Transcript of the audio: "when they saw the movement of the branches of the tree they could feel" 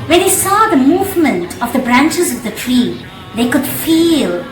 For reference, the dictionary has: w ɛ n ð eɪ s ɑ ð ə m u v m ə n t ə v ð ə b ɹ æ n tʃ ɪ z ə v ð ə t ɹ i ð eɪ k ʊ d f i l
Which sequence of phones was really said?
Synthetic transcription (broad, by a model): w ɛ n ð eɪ s ɑ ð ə m u v m ə n t ə v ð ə b ɹ æ n tʃ ɪ z ə v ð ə t ɹ i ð eɪ k ʊ d f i l